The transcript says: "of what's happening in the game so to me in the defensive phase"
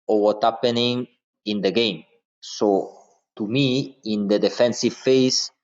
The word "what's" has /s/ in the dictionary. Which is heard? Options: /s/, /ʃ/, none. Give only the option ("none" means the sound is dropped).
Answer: none